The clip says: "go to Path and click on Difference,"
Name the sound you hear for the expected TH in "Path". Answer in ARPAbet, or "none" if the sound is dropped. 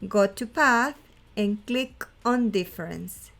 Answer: TH